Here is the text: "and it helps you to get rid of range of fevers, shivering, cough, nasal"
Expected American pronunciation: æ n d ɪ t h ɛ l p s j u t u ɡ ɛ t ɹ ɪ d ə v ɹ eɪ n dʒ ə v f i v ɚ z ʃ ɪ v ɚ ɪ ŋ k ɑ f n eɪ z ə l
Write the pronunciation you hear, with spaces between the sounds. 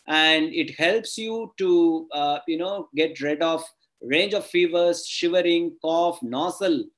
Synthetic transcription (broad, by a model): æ n d ɪ t h ɛ l p s j u t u ɡ ɛ t ɹ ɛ d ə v ɹ eɪ n dʒ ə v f i v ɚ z ʃ ɪ v ɚ ɪ ŋ k ɑ f n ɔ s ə l